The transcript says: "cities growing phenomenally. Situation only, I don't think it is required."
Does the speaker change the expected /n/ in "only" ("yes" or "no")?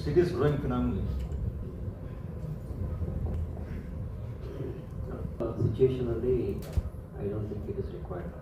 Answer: yes